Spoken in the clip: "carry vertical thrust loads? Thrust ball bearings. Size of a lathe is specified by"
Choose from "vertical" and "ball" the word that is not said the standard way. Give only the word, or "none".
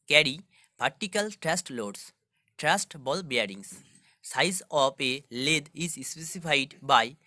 vertical